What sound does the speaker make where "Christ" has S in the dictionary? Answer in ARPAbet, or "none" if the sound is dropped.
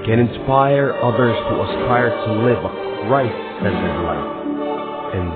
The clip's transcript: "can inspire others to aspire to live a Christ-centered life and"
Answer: none